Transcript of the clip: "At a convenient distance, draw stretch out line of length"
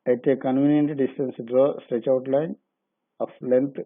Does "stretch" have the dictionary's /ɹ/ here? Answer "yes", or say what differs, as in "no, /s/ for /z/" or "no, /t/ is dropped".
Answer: yes